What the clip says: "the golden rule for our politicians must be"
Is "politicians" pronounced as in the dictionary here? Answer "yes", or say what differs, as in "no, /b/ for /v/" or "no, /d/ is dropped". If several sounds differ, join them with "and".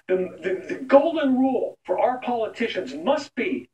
yes